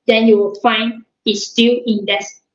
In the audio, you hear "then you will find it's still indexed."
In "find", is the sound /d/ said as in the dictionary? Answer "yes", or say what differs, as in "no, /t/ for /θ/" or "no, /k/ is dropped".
no, /d/ is dropped